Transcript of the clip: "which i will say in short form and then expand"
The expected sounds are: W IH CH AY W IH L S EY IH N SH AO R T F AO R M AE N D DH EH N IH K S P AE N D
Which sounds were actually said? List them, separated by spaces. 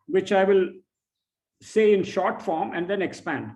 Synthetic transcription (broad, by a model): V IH CH AY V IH L S EY IH N SH AO R T F AO R M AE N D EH N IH K S P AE N D